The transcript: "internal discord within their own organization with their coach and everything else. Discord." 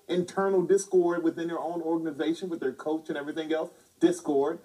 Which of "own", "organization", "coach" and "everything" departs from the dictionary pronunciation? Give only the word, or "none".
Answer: none